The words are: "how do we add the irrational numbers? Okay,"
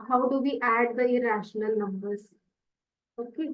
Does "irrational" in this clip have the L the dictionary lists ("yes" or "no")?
yes